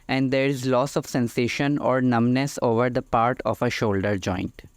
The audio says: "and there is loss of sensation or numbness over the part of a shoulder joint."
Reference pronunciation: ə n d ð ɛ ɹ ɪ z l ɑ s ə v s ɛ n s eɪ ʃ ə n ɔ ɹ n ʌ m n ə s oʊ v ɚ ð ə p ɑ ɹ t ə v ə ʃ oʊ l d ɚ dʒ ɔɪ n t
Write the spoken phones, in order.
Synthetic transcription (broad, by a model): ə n d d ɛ ɹ ɪ z l ɑ s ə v s ɛ n s eɪ ʃ ə n ɔ ɹ n ʌ m n ə s oʊ v ɚ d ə p ɑ ɹ t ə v ə ʃ oʊ l d ɚ dʒ ɔɪ n t